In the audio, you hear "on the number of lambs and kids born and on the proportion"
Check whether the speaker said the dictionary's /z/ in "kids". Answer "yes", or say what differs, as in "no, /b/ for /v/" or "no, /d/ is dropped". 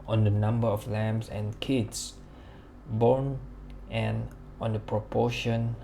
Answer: no, /s/ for /z/